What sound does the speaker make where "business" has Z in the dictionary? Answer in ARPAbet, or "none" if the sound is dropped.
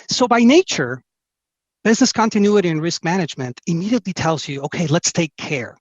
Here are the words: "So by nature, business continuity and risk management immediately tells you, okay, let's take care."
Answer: Z